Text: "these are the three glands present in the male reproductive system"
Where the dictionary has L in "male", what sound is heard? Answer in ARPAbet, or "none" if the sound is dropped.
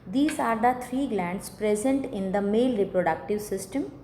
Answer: L